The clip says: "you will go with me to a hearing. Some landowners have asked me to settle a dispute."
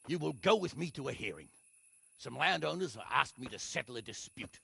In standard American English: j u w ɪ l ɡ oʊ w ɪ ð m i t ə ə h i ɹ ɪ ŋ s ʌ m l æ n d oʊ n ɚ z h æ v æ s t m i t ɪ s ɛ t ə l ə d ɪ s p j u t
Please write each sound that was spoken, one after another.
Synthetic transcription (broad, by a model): j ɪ w ɪ l ɡ oʊ w ɪ ð m i t ə ə h i ɹ ɪ ŋ s ʌ m l æ n d oʊ n ɚ z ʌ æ s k m i t ɪ s ɛ t l ə d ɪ s p j u t